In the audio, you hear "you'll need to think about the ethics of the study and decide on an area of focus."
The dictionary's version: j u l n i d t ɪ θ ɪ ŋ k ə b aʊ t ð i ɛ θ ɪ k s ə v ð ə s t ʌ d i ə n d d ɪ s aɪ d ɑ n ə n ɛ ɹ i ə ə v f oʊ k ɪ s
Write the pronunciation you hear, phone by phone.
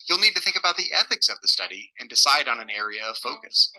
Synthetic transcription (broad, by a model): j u l n i d t ɪ θ ɪ ŋ k ə b aʊ t ð i ɛ θ ɪ k s ə v ð ə s t ʌ d i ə n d d ɪ s aɪ d n ə n ɛ ɹ i ə ə v f oʊ k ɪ s